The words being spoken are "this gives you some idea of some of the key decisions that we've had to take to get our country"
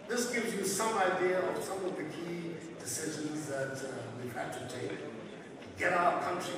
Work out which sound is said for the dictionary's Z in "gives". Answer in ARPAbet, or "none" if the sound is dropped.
Z